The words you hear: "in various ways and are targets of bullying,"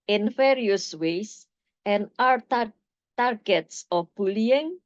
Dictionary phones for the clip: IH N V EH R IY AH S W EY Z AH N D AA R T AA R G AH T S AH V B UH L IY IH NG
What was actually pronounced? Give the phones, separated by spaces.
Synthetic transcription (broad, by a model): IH N F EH R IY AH S W EY S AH N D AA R T AA R G AH T S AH F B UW L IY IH NG